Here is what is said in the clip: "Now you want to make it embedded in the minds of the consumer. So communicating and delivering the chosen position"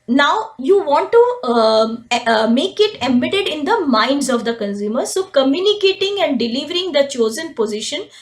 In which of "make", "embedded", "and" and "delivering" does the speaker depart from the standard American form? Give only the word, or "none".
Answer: embedded